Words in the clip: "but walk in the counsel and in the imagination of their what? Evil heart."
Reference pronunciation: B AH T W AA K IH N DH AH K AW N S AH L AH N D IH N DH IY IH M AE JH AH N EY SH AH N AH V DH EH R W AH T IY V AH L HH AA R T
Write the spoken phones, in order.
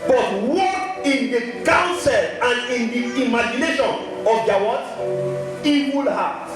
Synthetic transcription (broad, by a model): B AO T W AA IH N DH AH K AW N S AH L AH N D IH N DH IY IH M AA JH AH N EY SH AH N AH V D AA W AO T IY W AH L HH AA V